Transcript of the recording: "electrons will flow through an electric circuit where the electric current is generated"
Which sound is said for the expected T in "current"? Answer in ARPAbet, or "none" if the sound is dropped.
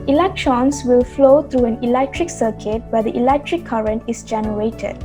T